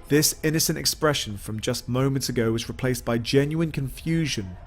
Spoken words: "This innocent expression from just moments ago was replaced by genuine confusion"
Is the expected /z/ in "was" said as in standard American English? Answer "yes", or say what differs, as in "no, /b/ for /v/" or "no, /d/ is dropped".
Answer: yes